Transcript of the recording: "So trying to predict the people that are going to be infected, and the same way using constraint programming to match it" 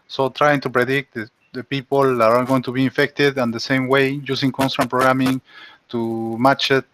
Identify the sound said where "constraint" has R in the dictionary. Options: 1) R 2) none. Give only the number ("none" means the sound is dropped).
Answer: 2